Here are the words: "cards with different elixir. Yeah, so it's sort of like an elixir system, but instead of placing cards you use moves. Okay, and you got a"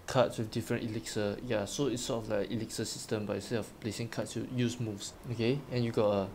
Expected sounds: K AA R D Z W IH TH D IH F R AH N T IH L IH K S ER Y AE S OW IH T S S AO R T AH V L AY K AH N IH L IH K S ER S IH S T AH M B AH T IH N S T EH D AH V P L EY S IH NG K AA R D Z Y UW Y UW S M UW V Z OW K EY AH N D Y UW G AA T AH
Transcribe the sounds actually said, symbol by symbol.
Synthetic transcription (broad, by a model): K AA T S W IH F D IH F R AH N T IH L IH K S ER Y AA S OW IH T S S AO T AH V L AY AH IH L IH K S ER S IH S T AH M B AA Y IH S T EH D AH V P L EY S IH NG K AA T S Y UW Y UW S M UW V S OW K EY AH N Y UW G AA T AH